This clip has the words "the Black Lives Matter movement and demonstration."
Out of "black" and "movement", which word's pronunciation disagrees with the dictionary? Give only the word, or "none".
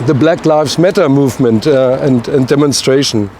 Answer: none